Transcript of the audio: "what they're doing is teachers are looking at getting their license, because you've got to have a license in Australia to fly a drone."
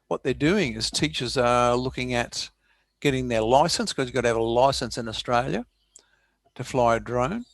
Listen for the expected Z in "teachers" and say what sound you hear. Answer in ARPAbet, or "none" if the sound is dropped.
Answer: Z